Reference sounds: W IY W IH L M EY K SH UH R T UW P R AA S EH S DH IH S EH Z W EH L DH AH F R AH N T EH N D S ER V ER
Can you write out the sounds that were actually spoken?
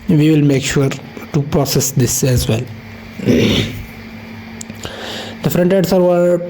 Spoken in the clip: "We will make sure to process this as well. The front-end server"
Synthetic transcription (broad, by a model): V IY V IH L M EY K SH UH R T UW P R AA S EH S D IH S EH Z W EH L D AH F R AH N T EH D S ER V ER